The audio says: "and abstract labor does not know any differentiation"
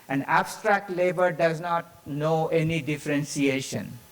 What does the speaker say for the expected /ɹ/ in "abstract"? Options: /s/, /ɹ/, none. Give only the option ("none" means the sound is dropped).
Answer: /ɹ/